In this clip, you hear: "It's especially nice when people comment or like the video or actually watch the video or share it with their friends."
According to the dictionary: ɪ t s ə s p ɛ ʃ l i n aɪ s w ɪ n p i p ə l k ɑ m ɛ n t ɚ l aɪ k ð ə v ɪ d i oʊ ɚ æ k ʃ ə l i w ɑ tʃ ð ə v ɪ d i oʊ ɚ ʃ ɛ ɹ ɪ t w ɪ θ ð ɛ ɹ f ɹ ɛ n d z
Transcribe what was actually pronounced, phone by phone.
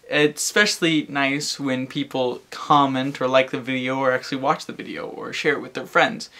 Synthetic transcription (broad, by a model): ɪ t s s p ɛ ʃ l i n aɪ s w ɪ n p i p l k ɑ m ɛ n t ɚ l aɪ k ð ə v ɪ d i oʊ ɚ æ k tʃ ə l i w ɑ tʃ ð ə v ɪ d i oʊ ɚ ʃ ɛ ɹ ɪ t w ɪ ð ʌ ɹ f ɹ ɛ n d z